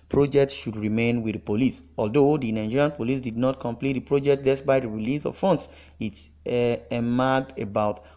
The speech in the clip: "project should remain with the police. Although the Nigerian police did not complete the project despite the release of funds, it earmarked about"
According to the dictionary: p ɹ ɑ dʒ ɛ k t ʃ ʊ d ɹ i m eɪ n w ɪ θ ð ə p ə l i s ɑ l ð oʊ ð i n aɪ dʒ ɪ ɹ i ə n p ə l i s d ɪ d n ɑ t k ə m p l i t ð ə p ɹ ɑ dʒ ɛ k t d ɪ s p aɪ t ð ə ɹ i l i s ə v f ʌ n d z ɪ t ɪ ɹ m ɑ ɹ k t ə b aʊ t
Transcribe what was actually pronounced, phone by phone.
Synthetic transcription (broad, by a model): p ɹ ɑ dʒ ɛ k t ʃ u d ɹ i m eɪ n w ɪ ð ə p ə l i s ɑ l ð oʊ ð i n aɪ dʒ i ɹ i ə n p ə l i s d ɪ d n ɑ t k ə m p l i t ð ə p ɹ ɑ dʒ ɛ k t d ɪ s b aɪ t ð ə ɹ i l i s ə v f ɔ n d s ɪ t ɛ m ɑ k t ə b aʊ t